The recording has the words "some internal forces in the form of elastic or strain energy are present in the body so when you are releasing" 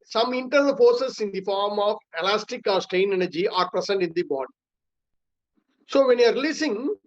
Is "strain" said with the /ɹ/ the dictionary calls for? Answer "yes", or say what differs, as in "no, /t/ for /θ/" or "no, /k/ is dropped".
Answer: no, /ɹ/ is dropped